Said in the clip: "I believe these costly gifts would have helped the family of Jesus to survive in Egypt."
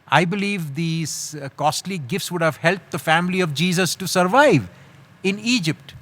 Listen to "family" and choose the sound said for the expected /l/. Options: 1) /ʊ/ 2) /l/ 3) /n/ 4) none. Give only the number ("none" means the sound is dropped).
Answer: 2